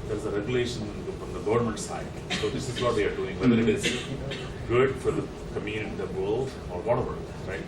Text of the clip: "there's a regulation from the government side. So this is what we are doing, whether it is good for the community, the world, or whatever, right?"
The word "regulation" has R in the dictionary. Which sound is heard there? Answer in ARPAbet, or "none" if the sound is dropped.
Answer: R